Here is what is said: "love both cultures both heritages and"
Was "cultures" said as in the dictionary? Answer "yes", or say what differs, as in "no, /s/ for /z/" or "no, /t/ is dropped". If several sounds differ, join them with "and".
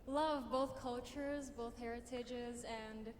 yes